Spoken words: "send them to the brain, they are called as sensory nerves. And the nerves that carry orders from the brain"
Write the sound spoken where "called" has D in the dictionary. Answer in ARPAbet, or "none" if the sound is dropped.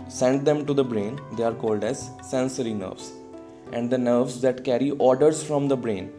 D